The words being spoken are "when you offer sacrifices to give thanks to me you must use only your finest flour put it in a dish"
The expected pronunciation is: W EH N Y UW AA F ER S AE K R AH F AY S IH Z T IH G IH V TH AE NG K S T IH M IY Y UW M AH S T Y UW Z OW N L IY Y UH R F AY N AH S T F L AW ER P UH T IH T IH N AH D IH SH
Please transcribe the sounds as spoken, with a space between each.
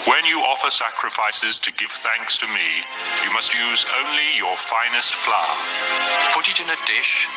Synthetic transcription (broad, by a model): W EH N Y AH AA F ER S AE K R AH F AY S IH Z T IH G IH V TH AE NG K S T IH M IY Y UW M AH S T Y UW Z OW N L IY Y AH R F AY N AH S T F L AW P UH T IH T IH N AH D IH SH